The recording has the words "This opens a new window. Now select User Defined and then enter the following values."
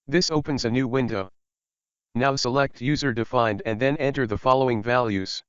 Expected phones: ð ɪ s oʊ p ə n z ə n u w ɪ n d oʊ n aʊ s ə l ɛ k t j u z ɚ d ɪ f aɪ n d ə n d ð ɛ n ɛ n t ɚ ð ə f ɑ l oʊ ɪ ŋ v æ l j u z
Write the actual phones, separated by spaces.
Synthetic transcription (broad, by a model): ð ɪ s oʊ p ə n z ə n u w ɪ n d oʊ n aʊ s ə l ɛ k t j u z ɚ d ɪ f aɪ n d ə n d ð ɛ n ɛ n t ɚ ð ə f ɑ l oʊ ɪ ŋ v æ l j u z